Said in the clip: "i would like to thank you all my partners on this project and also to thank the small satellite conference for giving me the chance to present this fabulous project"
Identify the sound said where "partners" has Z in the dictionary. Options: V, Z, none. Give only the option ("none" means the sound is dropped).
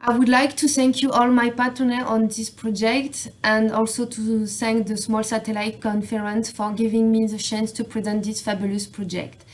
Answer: none